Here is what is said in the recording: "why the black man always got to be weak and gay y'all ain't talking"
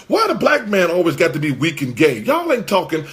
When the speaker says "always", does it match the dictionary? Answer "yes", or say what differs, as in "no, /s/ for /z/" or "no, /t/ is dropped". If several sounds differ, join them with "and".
yes